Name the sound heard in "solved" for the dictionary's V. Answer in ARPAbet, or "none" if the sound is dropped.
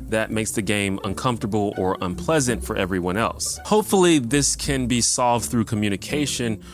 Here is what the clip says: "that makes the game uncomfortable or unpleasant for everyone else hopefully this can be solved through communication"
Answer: V